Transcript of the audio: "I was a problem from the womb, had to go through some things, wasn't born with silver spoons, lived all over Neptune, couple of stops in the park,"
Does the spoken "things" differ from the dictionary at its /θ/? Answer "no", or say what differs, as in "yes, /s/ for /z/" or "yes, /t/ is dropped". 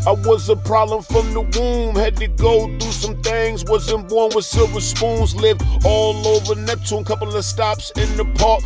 no